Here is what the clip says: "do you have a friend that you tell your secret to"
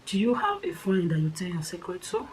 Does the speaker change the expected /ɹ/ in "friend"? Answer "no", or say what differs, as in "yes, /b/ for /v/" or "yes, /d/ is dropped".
yes, /ɹ/ is dropped